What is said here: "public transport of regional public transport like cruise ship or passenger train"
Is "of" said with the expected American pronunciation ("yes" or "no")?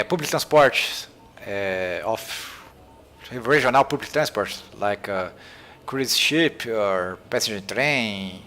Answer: no